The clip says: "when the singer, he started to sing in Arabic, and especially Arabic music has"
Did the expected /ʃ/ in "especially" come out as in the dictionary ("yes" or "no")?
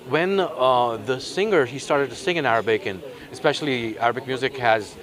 yes